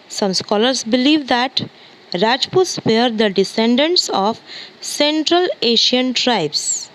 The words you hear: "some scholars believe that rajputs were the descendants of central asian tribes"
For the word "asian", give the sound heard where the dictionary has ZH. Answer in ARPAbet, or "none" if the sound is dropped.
SH